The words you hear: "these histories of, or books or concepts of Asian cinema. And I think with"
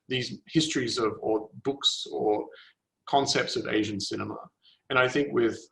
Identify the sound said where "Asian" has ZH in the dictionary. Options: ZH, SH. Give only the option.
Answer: ZH